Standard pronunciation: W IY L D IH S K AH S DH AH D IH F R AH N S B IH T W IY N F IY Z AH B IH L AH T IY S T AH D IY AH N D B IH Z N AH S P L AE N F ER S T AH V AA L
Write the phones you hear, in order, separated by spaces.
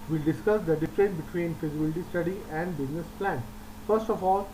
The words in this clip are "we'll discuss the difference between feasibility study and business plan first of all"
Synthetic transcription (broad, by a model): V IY L D IH S K AH S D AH D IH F R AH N B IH T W IY N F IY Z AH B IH L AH T IY S T AH D IY AH N D B IH Z N AH S P L AE N F ER S T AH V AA L